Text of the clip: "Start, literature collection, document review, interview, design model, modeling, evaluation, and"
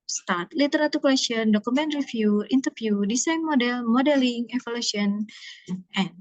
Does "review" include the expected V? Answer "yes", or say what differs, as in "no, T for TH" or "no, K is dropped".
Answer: no, F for V